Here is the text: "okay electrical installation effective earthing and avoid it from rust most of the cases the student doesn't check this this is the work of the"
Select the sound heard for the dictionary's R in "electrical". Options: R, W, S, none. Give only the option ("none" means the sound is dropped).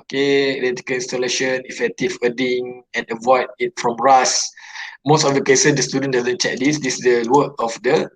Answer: none